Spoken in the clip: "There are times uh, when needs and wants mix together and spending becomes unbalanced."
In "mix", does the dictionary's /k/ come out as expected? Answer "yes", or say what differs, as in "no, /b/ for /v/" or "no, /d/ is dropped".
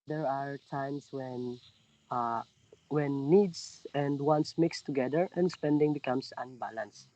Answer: yes